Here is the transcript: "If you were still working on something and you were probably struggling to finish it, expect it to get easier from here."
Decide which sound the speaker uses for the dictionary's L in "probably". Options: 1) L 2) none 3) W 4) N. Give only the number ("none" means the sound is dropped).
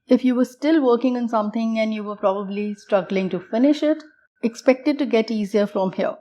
1